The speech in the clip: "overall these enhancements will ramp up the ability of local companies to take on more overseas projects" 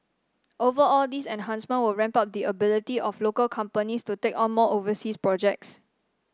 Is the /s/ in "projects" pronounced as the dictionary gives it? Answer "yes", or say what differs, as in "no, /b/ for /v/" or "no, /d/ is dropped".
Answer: yes